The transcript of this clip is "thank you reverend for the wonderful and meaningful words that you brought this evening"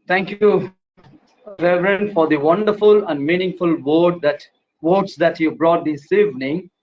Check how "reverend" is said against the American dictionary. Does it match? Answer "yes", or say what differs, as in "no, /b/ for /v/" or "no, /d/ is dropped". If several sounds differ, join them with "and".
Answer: yes